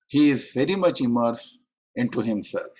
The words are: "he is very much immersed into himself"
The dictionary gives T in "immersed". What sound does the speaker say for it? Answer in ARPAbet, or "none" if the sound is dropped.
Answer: none